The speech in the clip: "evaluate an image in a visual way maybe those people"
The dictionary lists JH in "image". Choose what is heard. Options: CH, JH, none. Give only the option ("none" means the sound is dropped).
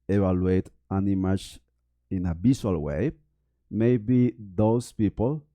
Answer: CH